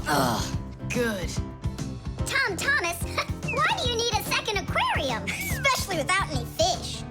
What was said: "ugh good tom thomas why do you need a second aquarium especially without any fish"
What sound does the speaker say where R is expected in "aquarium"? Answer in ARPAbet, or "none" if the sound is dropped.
R